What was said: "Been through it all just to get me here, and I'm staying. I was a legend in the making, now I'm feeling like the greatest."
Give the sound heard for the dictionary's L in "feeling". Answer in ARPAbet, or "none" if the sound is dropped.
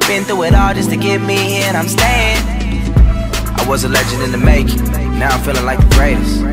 L